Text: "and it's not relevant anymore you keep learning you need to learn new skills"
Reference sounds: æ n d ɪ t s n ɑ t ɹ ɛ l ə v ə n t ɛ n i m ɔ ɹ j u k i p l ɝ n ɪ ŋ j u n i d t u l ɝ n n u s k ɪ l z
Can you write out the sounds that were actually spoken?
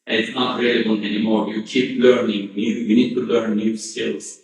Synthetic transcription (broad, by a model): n ɪ t s n ɑ t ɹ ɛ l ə b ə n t ɛ n i m ɔ ɹ j u k i p l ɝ n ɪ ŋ j u n i d t u l ɝ n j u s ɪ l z